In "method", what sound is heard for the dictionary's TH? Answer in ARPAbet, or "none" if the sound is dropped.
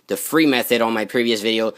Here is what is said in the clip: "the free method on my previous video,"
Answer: TH